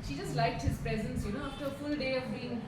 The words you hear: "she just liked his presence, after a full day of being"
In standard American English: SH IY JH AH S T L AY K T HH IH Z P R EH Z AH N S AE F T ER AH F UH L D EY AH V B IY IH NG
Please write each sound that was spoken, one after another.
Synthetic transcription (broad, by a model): SH IY JH AH S T L AY K T HH IH Z P R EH Z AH N S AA F T ER AH F UH L D EY AH V B IY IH NG